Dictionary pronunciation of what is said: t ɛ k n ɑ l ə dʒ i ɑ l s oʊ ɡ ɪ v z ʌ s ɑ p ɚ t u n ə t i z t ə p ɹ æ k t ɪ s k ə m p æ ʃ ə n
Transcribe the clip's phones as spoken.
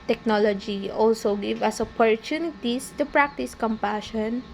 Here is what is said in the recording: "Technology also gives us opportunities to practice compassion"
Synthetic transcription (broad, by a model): t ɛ k n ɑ l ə dʒ i ɑ l s oʊ ɡ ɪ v ʌ s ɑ p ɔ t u n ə t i s t ə p ɹ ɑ k t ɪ s k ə m p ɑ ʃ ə n